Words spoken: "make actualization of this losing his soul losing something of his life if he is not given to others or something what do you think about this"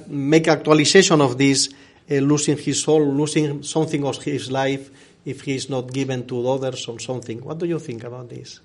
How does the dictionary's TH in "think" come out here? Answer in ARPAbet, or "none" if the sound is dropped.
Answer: TH